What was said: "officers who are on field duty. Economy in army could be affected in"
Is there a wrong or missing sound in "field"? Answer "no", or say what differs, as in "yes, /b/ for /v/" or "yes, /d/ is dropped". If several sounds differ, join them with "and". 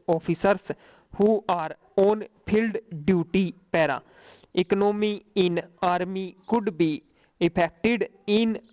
yes, /p/ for /f/